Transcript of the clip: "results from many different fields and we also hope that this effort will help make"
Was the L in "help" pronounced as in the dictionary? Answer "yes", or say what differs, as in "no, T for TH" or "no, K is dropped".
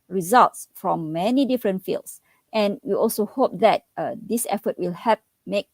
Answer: no, L is dropped